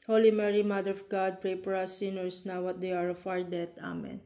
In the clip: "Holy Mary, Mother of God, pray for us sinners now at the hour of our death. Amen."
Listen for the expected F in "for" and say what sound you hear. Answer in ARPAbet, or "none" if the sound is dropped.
P